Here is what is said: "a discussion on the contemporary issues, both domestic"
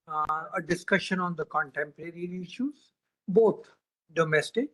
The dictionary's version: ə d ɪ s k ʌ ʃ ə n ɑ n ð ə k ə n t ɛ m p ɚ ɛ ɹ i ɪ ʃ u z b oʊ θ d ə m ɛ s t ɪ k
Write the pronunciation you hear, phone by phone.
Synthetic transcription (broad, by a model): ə d ɪ s k ʌ ʃ ə n ɑ n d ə k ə n t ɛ m p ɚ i ɹ i ɪ ʃ u z b oʊ t d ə m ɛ s t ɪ k